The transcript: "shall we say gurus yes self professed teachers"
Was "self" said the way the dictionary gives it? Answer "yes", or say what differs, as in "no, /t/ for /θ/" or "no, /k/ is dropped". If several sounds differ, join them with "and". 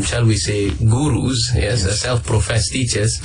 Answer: yes